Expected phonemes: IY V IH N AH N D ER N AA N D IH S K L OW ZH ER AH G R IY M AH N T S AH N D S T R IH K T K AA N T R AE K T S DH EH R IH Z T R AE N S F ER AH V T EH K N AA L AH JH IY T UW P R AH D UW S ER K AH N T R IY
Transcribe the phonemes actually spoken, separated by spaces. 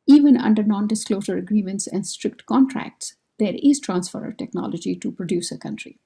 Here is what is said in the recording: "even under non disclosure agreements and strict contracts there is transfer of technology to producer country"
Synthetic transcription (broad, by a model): IY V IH N AH N D ER N AA N D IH S K L OW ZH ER AH G R IY M AH N T S AH N D S T R IH K T K AA N T R AE K T S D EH R IH Z T R AE N S F ER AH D T EH K N AA L AH JH IY T UW P R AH D UW S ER K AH N T R IY